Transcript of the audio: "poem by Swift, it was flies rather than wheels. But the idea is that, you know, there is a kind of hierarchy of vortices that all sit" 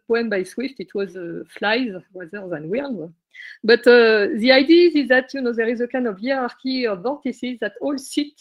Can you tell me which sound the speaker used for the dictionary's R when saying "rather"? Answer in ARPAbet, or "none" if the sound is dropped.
W